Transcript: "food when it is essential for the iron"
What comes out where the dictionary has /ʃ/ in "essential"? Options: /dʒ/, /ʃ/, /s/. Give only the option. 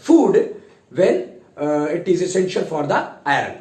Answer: /ʃ/